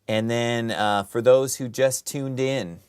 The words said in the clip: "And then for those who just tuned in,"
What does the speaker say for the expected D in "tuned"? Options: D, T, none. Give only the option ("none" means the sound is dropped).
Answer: D